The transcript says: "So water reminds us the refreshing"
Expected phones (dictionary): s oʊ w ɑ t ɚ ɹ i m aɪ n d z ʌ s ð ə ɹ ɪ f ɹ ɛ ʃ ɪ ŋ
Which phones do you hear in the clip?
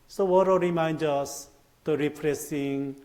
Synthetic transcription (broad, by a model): s oʊ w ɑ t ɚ ɹ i m aɪ n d ʌ s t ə ɹ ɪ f ɹ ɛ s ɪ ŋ